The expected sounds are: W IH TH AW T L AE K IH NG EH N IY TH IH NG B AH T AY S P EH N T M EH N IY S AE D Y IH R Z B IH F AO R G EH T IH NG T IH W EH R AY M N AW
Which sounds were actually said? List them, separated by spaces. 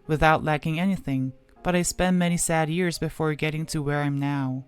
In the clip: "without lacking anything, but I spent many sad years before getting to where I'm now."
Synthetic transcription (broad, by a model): W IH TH AW T L AE K IH NG EH N IY TH IH NG B AH T AY S P EH N M EH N IY S AE D Y IH R Z B IH F AO R G EH T IH NG T IH W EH R AY M N AW